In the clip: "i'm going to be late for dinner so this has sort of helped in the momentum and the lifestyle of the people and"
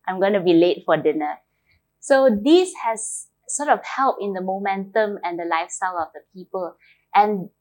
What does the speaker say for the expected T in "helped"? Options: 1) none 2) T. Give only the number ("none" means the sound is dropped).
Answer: 1